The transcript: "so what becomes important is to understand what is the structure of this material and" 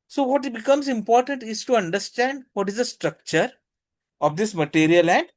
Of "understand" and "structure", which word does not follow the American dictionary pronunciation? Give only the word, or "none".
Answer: none